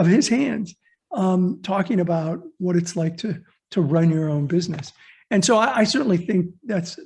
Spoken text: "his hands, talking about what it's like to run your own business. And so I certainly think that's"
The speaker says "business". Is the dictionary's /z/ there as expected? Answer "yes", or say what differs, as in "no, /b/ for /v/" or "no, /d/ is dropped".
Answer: yes